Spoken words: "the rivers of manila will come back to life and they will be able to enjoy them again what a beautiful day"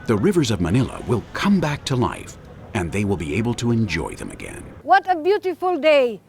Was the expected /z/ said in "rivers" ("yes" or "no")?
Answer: yes